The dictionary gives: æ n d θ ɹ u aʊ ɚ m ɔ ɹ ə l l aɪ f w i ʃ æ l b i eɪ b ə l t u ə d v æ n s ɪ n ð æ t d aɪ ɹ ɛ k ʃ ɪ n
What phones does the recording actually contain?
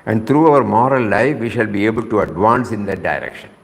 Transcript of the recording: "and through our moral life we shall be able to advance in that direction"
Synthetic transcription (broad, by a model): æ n d t ɹ u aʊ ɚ m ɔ ɹ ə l l aɪ f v i ʃ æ l b i eɪ b ə l t u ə d v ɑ n s ɪ n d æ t d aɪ ɹ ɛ k ʃ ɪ n